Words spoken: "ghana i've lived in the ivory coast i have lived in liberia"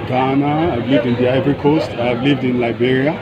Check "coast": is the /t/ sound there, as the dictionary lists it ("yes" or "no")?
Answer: yes